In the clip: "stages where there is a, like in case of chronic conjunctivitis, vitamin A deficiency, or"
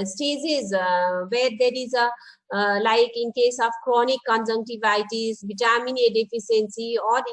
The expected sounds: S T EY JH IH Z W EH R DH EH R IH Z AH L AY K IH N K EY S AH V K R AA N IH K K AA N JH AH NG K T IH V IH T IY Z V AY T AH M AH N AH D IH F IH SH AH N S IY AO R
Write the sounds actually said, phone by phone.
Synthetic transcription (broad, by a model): S T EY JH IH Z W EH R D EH R IH Z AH L AY K IH N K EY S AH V K R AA N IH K K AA N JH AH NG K T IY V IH T IY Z B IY T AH M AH N AH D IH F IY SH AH N S IY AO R